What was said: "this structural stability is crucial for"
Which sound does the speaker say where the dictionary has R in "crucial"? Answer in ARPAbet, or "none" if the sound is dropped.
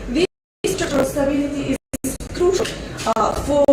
R